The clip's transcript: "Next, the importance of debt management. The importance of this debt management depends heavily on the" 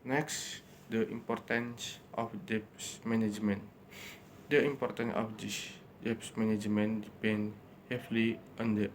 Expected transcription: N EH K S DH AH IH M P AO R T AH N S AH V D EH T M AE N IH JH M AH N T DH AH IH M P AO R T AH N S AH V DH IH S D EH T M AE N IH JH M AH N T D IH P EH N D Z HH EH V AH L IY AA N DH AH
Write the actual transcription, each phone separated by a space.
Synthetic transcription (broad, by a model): N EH K S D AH IH M P AO R T AH N S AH F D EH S M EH N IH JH M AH N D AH IH M P AO R T AH N S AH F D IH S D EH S M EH N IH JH M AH N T D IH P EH N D HH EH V L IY AA N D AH